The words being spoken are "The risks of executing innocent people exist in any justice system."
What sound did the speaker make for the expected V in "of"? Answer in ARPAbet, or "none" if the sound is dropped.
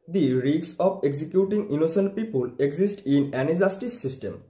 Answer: P